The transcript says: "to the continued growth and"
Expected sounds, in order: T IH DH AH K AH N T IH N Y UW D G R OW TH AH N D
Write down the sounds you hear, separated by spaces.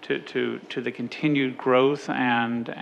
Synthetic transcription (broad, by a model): T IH DH AH K AH N T IH N Y UW D G R OW TH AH N